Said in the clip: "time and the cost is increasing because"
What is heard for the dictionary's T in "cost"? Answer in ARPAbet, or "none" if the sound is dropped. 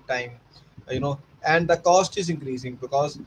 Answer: T